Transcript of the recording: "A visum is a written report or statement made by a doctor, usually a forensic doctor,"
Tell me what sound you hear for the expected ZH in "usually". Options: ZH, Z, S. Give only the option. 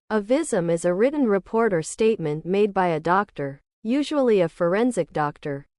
ZH